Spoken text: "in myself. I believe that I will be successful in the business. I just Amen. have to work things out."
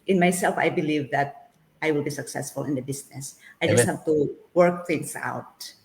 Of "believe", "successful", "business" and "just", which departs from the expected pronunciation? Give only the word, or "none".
business